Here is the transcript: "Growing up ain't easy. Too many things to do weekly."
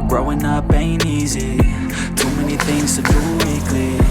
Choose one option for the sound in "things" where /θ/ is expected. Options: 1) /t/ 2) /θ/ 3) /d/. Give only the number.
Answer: 2